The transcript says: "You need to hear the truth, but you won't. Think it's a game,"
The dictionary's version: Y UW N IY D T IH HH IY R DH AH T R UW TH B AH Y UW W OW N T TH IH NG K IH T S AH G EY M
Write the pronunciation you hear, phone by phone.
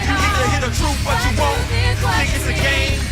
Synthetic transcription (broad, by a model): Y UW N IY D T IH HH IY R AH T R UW B AH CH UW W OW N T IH K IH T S AH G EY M